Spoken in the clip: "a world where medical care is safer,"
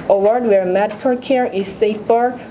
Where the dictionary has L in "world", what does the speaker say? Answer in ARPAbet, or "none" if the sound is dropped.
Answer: none